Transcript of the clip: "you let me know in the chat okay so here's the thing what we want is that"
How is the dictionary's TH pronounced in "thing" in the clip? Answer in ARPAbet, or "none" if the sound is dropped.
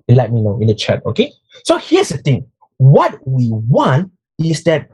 T